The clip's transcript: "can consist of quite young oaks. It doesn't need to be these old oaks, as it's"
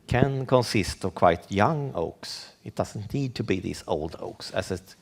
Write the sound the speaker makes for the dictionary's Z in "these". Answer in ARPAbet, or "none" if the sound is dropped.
S